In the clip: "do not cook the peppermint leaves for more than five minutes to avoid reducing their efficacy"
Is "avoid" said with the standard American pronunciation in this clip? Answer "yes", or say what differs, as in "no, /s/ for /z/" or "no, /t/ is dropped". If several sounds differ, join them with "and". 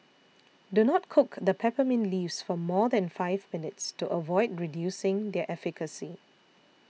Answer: yes